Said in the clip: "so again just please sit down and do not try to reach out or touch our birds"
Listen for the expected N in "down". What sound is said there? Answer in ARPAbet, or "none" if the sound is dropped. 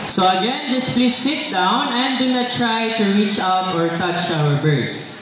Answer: N